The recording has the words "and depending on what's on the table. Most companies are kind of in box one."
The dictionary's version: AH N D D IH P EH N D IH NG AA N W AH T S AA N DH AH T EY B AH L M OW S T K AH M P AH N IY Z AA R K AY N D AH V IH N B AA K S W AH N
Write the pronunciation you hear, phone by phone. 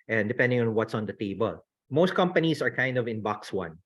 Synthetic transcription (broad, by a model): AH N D D IH P EH N D IH NG AA N W AH T S AA N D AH T EY B AH L M OW S T K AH M P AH N IY S AA R K AY N D AH V IH N B AA K S W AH N